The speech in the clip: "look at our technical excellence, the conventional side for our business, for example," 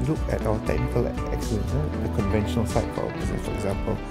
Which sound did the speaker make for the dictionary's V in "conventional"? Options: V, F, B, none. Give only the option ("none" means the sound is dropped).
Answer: V